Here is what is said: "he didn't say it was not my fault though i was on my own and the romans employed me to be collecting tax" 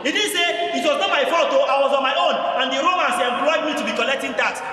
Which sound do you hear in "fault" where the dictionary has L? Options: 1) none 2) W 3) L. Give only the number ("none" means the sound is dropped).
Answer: 1